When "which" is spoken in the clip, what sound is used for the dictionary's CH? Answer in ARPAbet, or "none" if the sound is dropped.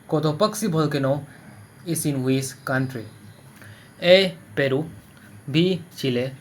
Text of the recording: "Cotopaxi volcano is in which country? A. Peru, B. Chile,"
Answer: S